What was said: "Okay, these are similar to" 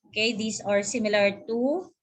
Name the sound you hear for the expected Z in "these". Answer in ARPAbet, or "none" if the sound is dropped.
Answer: S